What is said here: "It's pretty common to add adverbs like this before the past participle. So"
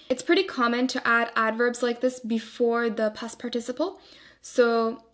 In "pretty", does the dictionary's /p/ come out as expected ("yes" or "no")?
yes